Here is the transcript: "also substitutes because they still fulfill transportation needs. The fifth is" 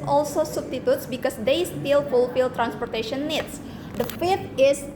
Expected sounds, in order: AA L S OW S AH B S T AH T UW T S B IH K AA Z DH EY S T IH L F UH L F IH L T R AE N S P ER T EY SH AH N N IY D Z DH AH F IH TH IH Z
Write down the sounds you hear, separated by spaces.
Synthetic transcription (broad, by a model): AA L S OW S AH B S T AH T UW T S B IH K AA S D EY S T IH L F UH L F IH L T R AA N S P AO T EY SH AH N N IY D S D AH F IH T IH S